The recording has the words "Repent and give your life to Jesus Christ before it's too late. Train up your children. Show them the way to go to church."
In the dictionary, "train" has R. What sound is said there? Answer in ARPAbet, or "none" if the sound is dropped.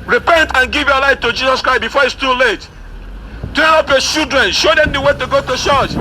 none